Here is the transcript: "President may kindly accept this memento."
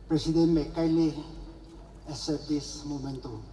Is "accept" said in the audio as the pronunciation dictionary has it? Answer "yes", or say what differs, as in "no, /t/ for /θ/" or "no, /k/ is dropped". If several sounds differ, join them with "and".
no, /k/ is dropped